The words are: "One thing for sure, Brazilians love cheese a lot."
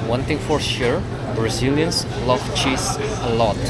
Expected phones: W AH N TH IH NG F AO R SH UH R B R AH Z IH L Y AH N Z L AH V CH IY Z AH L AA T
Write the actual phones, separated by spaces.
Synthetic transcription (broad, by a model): W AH N T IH NG F AO R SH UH R B R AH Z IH L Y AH N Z L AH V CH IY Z AH L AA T